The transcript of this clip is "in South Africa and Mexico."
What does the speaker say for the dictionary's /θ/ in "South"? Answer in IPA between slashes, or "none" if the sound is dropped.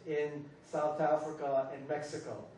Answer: /θ/